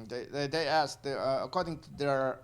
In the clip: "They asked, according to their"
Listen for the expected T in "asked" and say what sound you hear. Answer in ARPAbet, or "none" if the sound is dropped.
none